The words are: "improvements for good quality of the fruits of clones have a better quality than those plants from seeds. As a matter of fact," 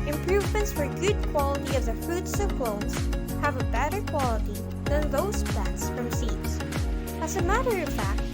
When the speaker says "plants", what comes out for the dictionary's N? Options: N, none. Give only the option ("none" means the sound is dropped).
none